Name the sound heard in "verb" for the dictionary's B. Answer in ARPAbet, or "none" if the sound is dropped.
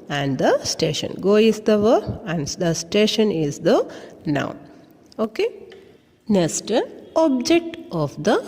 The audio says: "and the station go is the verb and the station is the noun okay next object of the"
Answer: none